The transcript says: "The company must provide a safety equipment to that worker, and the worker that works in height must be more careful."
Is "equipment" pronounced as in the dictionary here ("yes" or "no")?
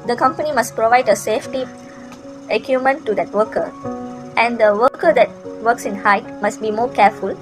no